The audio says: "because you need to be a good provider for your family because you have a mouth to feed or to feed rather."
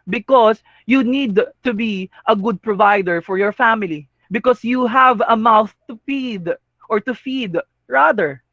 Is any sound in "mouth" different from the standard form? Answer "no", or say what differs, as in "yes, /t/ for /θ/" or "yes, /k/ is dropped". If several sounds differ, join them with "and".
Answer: no